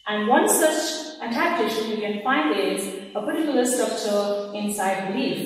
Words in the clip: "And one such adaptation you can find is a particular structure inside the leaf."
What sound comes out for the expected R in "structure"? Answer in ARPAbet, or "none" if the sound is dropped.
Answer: none